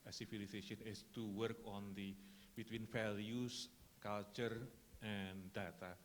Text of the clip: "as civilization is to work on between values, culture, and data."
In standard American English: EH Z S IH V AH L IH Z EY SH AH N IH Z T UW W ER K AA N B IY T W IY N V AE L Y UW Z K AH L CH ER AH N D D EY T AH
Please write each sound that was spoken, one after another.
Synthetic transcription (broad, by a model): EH S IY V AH L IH S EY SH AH N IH S T UW W ER K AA N B IY T W IY N F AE L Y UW S K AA L CH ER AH N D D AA T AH